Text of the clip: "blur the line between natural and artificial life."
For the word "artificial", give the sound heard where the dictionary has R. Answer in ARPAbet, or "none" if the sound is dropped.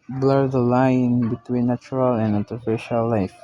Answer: L